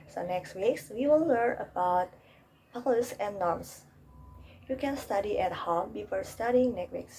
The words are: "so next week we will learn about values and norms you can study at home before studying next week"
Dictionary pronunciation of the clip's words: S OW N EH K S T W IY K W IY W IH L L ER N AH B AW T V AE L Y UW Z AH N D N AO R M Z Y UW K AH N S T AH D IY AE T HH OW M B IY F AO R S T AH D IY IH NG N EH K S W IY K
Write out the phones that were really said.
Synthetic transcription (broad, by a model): S OW N EH K S T W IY K W IY W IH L L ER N AH B AW T P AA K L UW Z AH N N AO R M S Y UW K AH N S T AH D IY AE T HH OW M B IY F AO R S T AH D IY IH NG N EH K W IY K